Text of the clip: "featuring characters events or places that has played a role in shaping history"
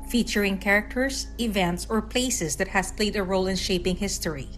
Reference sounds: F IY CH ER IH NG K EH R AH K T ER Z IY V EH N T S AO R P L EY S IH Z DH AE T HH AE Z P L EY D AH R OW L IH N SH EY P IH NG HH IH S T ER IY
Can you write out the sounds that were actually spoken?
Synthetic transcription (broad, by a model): F IY CH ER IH NG K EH R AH K T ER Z IY V EH N T S AO R P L EY S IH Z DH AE T HH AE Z P L EY D AH R OW L IH N SH EY P IH NG HH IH S T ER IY